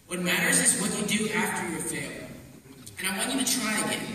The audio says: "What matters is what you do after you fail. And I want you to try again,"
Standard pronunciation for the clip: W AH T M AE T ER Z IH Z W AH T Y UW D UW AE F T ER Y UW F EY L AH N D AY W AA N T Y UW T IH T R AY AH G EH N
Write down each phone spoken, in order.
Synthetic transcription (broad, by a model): W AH T M AE T ER Z IH Z W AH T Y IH D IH AE F T ER Y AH F EY L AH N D AY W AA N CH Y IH T IH T R AY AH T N